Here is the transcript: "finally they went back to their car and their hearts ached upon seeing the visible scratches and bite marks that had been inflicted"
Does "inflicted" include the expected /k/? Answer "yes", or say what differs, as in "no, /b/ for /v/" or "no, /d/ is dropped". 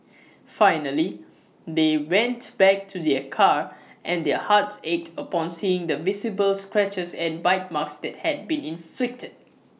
yes